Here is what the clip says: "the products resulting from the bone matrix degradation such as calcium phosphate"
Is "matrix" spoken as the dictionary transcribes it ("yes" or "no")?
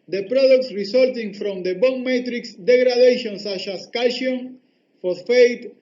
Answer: yes